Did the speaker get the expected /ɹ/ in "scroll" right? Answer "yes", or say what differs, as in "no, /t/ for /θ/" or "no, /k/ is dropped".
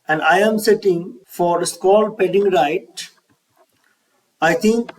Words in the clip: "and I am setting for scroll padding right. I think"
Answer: no, /ɹ/ is dropped